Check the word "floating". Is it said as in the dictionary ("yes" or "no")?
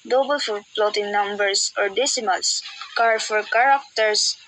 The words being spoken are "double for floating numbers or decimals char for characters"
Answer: no